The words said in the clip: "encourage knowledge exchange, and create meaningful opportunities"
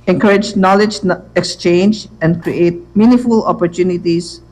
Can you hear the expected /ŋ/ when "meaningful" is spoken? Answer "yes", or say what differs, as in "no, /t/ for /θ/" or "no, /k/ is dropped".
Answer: no, /ŋ/ is dropped